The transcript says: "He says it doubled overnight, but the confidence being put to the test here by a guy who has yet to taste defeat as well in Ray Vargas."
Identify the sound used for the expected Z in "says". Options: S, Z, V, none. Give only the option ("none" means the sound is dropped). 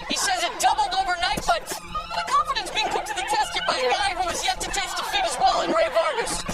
Z